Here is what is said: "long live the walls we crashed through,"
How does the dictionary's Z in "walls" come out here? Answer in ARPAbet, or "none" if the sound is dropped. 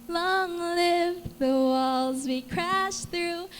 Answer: Z